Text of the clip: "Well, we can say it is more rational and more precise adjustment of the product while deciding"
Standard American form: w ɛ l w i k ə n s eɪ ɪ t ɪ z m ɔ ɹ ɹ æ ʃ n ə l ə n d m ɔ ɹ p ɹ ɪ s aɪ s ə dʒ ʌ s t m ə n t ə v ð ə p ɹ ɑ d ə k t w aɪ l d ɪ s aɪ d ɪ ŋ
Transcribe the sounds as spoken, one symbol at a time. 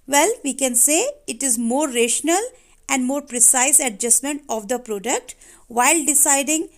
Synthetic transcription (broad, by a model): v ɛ l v i k ə n s eɪ ɪ t ɪ z m ɔ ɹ ɹ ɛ ʃ n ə l ə n d m ɔ ɹ p ɹ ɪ s aɪ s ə dʒ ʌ s m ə n t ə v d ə p ɹ ɑ d ə k t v aɪ l d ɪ s aɪ d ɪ ŋ